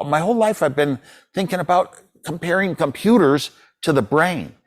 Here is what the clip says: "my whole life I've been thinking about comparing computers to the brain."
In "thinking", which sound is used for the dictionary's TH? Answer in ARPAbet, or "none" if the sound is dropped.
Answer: TH